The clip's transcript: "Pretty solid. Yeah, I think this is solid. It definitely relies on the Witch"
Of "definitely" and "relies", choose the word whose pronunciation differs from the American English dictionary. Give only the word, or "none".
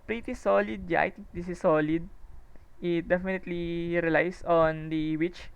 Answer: relies